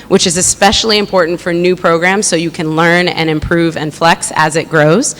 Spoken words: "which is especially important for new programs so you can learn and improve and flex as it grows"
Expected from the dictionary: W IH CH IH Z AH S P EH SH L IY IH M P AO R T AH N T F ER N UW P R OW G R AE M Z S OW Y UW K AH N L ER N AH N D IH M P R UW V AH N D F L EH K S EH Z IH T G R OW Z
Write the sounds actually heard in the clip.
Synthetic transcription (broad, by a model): W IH CH IH Z AH S P EH SH L IY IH M P AO R T N T F ER N UW P R OW G R AE M Z S OW Y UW K AH N L ER N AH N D IH M P R UW V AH N F L EH K S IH Z IH T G R OW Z